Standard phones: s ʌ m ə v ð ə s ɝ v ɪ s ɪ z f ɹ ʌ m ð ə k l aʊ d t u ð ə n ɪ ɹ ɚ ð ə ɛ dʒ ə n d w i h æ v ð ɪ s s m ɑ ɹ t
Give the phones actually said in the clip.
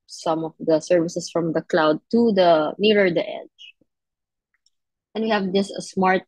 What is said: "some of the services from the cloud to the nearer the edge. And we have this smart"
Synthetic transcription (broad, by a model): s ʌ m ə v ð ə s ɝ v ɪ s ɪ s f ɹ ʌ m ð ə k l aʊ d t u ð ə n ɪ ɹ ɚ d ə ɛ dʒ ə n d w i h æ v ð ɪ s s m ɑ ɹ t